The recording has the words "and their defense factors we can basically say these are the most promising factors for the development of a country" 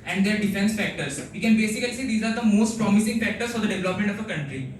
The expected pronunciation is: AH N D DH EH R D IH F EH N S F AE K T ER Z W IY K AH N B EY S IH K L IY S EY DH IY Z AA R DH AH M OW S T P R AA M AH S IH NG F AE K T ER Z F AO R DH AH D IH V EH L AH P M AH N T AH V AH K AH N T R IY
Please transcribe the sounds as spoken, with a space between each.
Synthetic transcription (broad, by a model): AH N D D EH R D IH F EH N S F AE K T ER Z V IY K AH N B EY S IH K L IY S EY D IY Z AA R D AH M OW S T P R AA M AH S IH NG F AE K T ER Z F AO R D AH D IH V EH L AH P M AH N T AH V AH K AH N T R IY